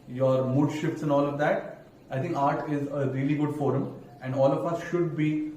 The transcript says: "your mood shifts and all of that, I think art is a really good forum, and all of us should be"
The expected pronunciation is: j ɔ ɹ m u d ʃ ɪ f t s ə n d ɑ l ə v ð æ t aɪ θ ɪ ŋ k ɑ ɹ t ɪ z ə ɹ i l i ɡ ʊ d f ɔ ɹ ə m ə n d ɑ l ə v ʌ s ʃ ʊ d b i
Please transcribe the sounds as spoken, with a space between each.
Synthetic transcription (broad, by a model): j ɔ ɹ m u d ʃ ɪ f t s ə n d ɑ l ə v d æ t aɪ t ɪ ŋ k ɑ ɹ t ɪ z ə ɹ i l i ɡ ʊ d f ɔ ɹ ə m ə n d ɑ l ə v ʌ s ʃ ʊ d b i